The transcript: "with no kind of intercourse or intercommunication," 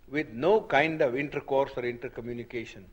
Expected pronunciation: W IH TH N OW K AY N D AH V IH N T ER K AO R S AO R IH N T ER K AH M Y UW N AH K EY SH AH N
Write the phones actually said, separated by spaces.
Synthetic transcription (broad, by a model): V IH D N OW K AY N D AH V IH N T ER K AO R S AO R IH N T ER K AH M Y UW N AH K EY SH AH N